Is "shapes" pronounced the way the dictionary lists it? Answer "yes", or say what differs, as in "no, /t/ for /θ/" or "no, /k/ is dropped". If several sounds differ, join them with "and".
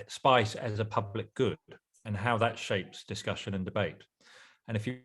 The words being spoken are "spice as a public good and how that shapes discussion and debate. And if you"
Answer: yes